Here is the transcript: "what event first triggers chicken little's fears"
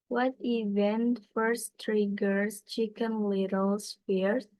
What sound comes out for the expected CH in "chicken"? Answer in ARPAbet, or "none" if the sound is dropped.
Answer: CH